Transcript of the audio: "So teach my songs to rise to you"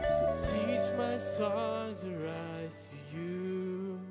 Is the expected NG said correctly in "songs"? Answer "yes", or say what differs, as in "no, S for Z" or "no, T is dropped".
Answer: no, NG is dropped